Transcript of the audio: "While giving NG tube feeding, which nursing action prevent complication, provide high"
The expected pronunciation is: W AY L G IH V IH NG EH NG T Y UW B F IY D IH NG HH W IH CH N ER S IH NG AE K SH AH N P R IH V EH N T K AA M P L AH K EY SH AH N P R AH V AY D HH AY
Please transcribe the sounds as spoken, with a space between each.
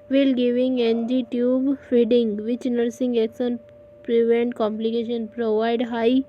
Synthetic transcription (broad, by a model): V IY L G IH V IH NG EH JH T Y UW B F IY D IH NG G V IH CH N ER S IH NG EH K S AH N P R IH V EH N T K AA M P L AH K EY SH AH N P R AH V AY D HH AY